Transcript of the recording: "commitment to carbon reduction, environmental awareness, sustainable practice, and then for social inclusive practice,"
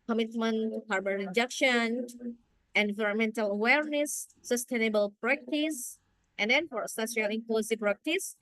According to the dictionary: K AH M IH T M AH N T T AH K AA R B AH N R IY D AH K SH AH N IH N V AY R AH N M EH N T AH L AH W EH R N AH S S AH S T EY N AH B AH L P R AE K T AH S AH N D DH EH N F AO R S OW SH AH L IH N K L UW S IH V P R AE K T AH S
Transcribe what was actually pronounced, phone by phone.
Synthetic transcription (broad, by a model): K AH M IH T M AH N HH AA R B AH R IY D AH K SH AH N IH N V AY R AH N M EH N T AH L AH W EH R N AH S S AH S T EY N AH B AH L P R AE K T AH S AH N D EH N F AO R S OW S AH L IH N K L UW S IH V P R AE K T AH S